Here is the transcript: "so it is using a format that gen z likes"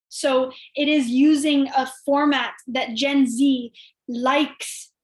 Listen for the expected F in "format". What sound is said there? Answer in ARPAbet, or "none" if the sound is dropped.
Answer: F